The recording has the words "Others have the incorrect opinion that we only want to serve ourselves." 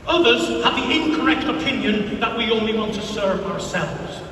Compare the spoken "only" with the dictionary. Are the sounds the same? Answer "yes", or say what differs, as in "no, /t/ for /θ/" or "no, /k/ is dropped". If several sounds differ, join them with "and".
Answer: yes